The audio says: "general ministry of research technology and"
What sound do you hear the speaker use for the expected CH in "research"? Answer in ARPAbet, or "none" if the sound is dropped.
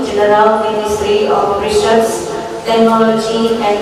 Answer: S